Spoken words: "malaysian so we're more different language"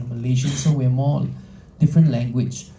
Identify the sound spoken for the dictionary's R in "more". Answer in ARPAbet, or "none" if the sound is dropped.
L